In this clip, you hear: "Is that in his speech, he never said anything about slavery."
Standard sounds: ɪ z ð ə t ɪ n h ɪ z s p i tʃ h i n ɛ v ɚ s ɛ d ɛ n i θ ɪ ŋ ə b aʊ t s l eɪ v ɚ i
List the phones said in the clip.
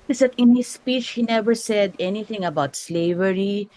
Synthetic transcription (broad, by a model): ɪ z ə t ɪ n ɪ s p i tʃ h i n ɛ v ɚ s ɛ d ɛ n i t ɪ ŋ ə b aʊ t s l eɪ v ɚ i